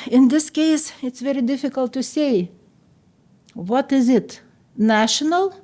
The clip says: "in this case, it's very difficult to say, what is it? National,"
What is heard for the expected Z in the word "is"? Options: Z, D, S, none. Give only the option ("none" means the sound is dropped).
Z